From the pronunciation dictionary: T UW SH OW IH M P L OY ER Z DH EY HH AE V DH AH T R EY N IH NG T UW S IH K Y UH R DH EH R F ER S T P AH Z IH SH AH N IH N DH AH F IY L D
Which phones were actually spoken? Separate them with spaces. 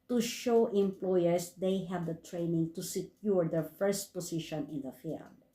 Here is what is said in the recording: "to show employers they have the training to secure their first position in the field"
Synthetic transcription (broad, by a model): T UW SH OW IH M P L OY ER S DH EY HH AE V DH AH T R EY N IH NG T UW S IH K Y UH R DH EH R F ER S T P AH S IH SH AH N IH N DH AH F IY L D